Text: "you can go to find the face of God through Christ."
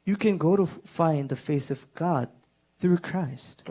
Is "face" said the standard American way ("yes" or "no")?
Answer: yes